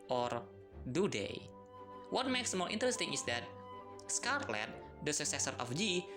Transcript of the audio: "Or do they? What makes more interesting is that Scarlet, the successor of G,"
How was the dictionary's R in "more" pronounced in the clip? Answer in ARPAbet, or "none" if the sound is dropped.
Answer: L